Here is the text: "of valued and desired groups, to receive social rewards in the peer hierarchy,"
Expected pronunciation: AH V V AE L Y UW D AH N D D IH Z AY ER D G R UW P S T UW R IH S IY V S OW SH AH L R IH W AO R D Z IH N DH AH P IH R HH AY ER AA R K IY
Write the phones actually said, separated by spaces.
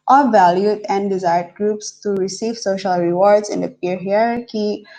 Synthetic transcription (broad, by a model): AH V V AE L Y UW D AH N D D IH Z AY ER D G R UW P S T UW R IH S IY V S OW SH AH L R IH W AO R D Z IH N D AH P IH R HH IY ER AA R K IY